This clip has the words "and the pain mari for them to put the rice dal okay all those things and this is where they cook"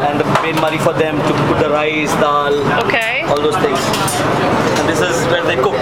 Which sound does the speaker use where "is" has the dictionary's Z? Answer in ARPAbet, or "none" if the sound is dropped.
Z